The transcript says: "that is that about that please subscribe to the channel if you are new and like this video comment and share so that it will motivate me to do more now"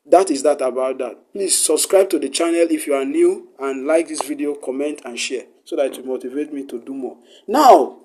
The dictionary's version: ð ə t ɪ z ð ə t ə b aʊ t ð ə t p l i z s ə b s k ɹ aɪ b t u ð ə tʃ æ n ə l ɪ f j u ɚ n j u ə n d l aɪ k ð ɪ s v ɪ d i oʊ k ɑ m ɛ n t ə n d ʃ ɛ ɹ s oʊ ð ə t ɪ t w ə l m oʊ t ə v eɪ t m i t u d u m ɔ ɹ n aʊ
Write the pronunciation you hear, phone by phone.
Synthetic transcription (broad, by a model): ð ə t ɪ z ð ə t ə b aʊ t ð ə t p l i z s ə b s k ɹ aɪ b t u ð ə tʃ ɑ n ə l ɪ f j u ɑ n j u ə n l aɪ k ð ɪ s v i d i oʊ k ɑ m ɛ n t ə n ʃ ɛ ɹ s oʊ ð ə t ɪ t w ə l m oʊ t ə v eɪ t m i t u d u m ɔ n aʊ